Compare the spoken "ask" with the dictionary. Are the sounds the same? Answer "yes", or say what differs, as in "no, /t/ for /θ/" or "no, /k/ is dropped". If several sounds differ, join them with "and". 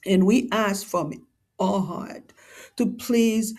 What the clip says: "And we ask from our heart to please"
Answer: yes